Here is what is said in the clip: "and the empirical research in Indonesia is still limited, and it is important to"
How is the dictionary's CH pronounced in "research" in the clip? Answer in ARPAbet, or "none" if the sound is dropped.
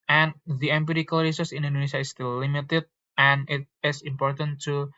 S